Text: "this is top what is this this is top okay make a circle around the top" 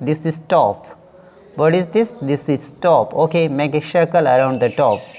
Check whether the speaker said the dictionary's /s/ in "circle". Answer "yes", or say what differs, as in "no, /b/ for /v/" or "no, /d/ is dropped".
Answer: no, /ʃ/ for /s/